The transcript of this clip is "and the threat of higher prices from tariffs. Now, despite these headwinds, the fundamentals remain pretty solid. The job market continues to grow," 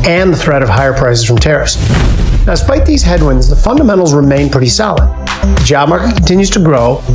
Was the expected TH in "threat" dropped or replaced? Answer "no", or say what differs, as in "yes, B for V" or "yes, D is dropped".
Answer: no